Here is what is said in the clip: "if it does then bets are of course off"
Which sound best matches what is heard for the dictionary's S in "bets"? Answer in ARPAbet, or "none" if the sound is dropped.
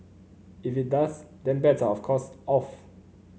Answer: none